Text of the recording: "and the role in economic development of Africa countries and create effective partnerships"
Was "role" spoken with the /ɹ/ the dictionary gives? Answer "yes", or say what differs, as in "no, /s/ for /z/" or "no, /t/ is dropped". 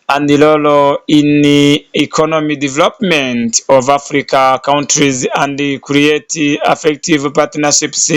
no, /l/ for /ɹ/